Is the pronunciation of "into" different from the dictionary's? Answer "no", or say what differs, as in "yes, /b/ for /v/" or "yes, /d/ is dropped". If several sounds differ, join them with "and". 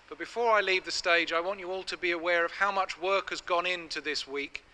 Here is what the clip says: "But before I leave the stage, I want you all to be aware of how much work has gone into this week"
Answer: no